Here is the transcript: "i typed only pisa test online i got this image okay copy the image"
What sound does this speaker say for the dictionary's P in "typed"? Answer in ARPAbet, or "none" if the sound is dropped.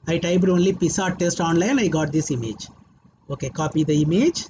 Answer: B